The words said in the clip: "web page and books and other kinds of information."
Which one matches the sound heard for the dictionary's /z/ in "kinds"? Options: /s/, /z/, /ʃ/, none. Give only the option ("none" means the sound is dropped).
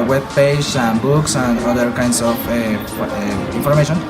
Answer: /s/